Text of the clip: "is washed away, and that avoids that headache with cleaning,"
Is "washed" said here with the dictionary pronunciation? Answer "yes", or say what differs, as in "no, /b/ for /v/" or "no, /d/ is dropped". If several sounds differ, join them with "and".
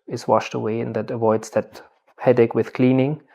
yes